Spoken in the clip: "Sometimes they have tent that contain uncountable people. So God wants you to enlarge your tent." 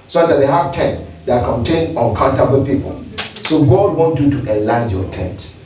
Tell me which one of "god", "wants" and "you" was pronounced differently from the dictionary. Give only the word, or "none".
wants